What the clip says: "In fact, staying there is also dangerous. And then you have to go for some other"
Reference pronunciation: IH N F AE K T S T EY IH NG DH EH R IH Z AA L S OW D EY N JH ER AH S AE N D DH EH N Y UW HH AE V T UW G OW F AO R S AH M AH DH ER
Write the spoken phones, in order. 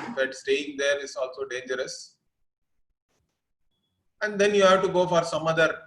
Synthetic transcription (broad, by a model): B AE T S T EY IH NG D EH R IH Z AA L S OW D EY N JH ER AH S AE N D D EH N Y UW HH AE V T UW G OW F AO R S AH M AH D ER